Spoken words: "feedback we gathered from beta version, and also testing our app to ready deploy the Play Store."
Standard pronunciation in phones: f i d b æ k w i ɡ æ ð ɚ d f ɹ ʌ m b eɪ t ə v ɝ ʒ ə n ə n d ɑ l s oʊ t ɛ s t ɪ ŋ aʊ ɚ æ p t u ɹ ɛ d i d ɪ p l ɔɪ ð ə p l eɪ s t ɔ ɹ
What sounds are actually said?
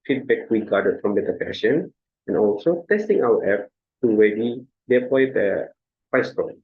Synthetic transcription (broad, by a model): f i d b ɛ k w i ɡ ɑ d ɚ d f ɹ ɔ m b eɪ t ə p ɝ ʃ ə n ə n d ɑ l s oʊ t ɛ s t ɪ ŋ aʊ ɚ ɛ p t u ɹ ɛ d i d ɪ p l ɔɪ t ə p eɪ s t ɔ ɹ